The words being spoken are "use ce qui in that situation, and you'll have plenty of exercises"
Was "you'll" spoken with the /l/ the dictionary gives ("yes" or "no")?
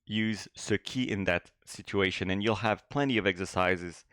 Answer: yes